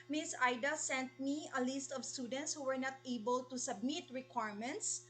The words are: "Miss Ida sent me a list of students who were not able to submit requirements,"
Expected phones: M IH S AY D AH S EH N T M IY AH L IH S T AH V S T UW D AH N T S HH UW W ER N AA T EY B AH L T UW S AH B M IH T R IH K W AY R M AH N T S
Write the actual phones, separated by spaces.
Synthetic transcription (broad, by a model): M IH S AY D AH S EH N T M IY AH L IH S T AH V S T UW D AH N T S HH UW W ER N AA T EY B AH L T UW S AH B M IH T R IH K W AY R M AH N T S